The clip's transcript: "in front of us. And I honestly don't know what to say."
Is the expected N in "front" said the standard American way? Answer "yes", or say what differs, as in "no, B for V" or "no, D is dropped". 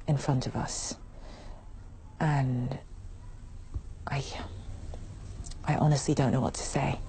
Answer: yes